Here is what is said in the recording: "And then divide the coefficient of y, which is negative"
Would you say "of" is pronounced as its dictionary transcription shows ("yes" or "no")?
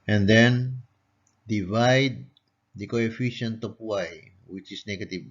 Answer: no